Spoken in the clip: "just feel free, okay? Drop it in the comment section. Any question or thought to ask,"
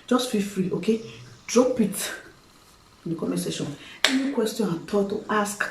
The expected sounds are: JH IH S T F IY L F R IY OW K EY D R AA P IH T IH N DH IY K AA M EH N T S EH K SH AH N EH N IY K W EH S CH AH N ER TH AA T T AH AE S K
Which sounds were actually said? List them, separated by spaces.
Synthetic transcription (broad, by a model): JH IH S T F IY F R IY OW K EY D R AA P IH T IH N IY K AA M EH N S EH SH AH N EH N IY K W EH S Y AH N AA T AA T T AH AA S K